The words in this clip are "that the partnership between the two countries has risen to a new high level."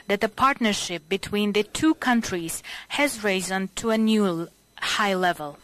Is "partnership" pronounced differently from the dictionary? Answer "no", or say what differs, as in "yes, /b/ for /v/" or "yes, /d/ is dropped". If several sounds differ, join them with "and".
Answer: no